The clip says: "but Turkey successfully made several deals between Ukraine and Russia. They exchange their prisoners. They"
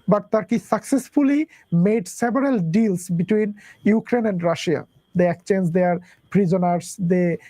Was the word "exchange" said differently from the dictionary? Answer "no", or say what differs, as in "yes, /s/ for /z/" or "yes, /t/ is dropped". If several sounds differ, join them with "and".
yes, /s/ is dropped